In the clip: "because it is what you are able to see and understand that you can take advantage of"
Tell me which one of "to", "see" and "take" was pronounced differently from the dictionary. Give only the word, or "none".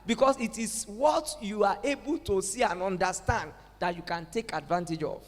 none